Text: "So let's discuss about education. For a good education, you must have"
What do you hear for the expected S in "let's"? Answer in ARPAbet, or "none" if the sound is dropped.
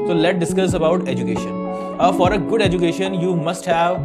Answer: none